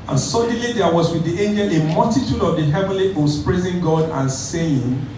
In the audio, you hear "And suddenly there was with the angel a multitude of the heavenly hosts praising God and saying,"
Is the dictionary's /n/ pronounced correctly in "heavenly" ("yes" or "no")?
yes